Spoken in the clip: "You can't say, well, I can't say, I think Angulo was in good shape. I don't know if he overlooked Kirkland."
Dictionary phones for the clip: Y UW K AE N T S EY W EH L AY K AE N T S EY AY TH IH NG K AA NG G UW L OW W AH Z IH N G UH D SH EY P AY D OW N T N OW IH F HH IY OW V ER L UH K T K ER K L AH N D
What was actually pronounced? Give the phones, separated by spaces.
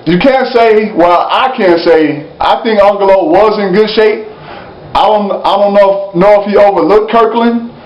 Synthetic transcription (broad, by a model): Y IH K AE N T S EY W EH L AY K AE N T S EY AY TH IH NG K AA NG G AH L OW W AH Z IH N G UH D SH EY P AY D OW N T N OW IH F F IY OW V ER L UH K K ER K L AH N